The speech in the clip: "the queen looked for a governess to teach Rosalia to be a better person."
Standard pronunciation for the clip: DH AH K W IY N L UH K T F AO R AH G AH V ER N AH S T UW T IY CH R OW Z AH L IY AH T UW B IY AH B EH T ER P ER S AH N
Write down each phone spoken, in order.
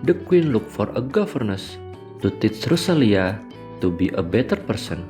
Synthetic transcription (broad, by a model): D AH K W IY N L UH K F AO R AH G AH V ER N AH S T UW T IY S R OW S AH L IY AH T UW B IY AH B EH T ER P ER S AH N